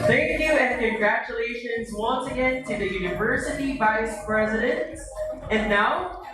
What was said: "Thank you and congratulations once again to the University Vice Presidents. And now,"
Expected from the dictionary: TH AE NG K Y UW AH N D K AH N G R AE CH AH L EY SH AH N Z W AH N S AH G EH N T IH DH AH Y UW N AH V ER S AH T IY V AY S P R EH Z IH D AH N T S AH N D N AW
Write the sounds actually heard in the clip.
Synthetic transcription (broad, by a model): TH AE NG K Y UW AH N K AH N G R AE CH AH L EY SH AH N Z W AH N S AH G EH N T IH DH AH Y UW N AH V ER S AH T IY V AY S P R EH Z IH D AH N T S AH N N AW